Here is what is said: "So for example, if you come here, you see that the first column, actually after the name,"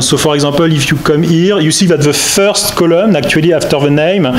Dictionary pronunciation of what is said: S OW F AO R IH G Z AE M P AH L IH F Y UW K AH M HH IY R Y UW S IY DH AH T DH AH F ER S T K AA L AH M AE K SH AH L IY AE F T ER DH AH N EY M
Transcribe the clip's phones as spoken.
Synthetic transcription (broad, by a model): S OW F AO R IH G Z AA P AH L IH F Y UW K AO M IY R Y UW S IY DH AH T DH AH F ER S T K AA L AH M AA K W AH L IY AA F T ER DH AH N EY M